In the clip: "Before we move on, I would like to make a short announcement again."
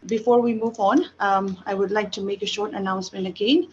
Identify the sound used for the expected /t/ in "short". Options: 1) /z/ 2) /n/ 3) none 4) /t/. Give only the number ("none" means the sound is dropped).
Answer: 4